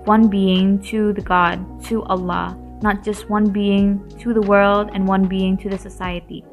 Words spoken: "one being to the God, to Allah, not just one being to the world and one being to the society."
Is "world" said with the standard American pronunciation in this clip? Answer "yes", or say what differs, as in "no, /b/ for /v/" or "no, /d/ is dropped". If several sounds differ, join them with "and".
yes